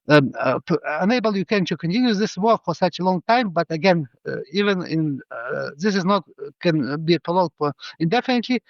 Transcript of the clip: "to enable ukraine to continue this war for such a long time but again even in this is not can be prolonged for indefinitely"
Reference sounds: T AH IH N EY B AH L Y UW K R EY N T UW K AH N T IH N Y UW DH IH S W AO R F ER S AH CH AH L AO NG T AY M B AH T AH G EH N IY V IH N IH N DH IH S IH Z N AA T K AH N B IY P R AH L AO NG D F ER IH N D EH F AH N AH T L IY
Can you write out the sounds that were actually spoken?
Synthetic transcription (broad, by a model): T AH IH N EY B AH L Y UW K EY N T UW K AH N T IH N Y UW DH IH S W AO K F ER S AH CH AH L AO NG T AY M B AH T AH G EH N IY V IH N IH N DH IH S IH Z N AA T K AH N B IY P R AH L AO D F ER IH N D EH F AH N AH T L IY